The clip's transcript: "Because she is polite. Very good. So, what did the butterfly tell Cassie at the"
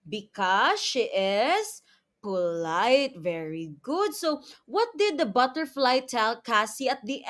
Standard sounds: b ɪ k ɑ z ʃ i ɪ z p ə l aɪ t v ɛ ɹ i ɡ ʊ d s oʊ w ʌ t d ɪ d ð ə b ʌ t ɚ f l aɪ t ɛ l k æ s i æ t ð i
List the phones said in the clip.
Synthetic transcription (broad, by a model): b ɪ k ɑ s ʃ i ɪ s p ə l aɪ t v ɛ ɹ i ɡ ʊ d s oʊ w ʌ t d ɪ d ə b ʌ t ɚ f l aɪ t ɛ l k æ s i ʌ t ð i